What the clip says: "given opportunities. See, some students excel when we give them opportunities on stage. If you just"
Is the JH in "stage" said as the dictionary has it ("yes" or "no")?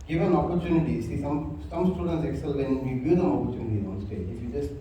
no